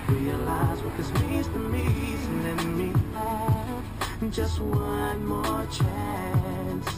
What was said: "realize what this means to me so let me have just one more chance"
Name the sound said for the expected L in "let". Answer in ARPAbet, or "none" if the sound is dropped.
N